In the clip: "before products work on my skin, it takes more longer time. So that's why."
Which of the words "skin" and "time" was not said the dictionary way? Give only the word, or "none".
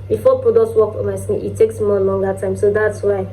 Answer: skin